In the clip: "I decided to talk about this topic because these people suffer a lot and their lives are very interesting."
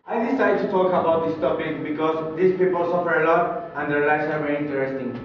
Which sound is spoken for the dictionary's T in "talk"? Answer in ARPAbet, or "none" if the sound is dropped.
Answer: T